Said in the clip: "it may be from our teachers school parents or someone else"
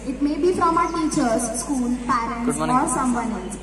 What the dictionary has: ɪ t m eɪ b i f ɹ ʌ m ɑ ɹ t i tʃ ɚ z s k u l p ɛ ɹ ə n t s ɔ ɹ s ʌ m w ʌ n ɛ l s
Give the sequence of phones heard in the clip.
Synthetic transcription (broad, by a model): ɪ t m eɪ b i f ɹ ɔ m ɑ t i tʃ ɚ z s k u l p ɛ ɹ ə n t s ɔ ɹ s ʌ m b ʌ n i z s